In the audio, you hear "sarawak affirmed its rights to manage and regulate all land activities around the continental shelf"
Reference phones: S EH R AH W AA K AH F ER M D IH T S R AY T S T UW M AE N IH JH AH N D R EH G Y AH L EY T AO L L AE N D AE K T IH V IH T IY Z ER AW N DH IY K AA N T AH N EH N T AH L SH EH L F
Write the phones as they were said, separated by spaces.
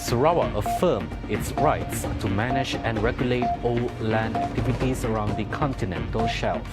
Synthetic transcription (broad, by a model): S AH R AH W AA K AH F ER M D IH T S R AY T S T UW M AE N IH JH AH N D R EH G Y AH L EY T AO L L AE N D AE K T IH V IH T IY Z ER AW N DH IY K AA N T AH N EH N T AH L SH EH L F